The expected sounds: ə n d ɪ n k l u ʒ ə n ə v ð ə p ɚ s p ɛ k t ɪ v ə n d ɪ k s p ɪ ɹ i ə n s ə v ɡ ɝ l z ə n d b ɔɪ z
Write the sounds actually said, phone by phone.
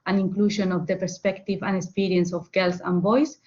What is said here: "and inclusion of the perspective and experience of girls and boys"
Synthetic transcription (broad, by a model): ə n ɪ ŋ k l u ʃ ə n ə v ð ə p ɚ s p ɛ k t ɪ v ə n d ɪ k s p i ɹ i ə n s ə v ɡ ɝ l s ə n b ɔɪ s